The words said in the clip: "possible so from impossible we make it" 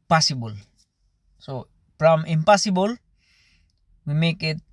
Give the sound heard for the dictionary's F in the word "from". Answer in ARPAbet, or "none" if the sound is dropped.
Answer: P